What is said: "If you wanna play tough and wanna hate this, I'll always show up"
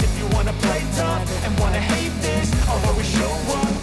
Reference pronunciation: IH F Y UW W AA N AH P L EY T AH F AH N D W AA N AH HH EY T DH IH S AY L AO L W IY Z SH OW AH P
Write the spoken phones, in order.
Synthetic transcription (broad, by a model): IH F Y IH W AA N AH P L EY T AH P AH N W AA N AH HH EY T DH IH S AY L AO W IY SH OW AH